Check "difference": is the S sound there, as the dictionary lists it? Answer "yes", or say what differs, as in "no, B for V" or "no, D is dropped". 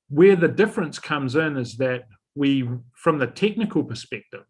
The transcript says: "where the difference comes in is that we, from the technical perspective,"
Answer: yes